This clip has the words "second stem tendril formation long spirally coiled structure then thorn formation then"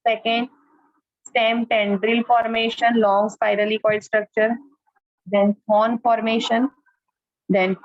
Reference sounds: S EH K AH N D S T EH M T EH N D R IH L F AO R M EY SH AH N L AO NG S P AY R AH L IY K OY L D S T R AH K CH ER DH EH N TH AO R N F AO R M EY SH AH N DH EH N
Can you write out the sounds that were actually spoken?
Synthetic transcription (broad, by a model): S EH K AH N D S T EH M T EH N D R IH L F AO R M EY SH AH N L AO NG S P AY R AH L IY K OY D S T R AH K CH ER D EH N F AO N F AO R M EY SH AH N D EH N